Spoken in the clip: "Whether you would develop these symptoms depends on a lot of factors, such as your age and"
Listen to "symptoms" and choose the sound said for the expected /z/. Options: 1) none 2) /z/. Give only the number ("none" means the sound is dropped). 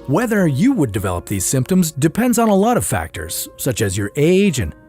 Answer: 2